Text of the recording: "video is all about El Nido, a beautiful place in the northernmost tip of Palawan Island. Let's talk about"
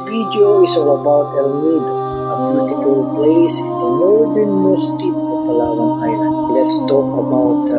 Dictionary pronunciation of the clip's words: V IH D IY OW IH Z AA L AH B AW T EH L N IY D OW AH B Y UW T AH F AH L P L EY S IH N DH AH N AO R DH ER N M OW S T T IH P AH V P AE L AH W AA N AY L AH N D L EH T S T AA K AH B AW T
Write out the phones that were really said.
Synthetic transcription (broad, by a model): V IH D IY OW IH S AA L AH B AW T EH L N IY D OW AH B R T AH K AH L P L EY S IH N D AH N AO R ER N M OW S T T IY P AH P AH L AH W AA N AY AH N L EH T S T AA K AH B AW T